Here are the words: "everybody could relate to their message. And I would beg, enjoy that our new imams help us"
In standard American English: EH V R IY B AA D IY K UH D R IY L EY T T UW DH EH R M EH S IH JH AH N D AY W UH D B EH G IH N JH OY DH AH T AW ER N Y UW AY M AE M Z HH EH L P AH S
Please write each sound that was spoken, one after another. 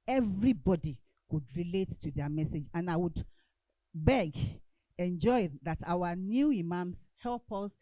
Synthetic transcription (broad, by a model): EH V R IY B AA D IY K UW D R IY L EY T T UW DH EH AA M EH S IH JH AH N AY W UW D B EH G IH N JH OY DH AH T AW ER N Y UW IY M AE M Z HH EH L P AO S